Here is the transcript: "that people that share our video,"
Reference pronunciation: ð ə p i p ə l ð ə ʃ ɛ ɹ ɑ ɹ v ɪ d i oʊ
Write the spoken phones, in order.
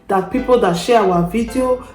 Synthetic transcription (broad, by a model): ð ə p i p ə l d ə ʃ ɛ w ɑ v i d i oʊ